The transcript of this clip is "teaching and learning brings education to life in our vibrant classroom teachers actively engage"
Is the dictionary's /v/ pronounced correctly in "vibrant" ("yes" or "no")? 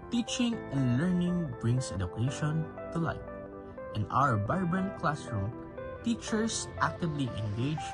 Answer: no